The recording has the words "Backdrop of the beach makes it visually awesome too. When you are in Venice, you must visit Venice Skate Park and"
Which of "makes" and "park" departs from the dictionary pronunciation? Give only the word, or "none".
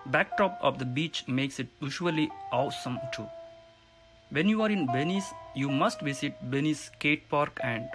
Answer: none